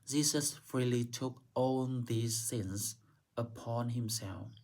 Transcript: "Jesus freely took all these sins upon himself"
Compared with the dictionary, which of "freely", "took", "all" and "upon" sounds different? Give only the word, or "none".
all